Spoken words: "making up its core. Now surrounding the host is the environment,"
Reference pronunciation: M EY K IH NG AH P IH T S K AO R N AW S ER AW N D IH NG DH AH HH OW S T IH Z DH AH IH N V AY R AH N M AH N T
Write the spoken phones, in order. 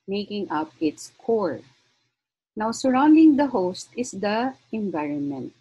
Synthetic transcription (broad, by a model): M EY K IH NG AH P IH T S K AO R N AW S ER AW N D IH NG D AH HH OW S T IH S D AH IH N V AY R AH N M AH N T